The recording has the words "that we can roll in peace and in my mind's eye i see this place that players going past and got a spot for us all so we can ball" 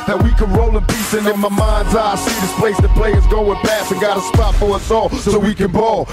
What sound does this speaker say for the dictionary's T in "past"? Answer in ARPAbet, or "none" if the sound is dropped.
none